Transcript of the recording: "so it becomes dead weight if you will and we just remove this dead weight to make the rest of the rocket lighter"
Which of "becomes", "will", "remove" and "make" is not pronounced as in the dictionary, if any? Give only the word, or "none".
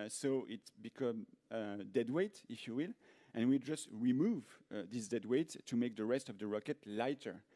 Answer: becomes